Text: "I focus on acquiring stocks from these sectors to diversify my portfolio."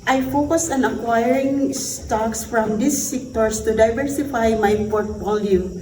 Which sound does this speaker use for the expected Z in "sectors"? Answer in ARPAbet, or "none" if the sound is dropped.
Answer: S